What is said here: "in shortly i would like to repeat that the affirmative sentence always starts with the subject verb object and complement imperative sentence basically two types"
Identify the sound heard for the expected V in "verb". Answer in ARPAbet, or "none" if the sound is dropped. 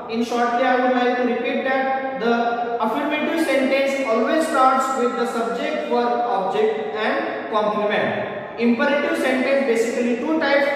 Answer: F